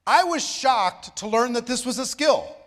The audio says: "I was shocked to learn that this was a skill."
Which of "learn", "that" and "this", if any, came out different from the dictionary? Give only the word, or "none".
none